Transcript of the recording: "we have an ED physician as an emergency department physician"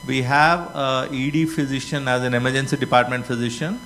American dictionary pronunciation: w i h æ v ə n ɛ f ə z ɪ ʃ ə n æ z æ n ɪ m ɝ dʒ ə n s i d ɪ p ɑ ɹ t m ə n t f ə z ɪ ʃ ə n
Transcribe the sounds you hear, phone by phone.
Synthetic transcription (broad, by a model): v i h æ v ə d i f ə z ɪ ʃ ə n æ z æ n ɪ m ɝ dʒ ə n s i d ɪ p ɑ ɹ t m ə n t f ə z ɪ ʃ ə n